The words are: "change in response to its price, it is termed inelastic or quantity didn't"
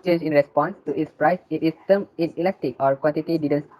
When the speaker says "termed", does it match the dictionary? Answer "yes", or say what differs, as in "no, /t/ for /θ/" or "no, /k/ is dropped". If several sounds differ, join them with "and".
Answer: no, /d/ is dropped